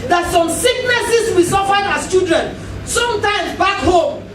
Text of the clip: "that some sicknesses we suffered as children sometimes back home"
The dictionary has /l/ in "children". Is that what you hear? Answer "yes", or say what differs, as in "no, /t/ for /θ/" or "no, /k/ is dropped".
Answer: no, /l/ is dropped